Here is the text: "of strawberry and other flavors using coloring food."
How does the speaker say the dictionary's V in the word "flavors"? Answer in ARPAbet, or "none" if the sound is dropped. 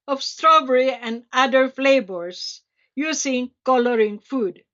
B